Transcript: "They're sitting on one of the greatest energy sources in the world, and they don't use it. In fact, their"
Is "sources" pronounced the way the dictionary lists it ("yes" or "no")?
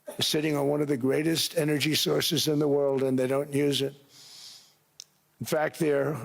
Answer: yes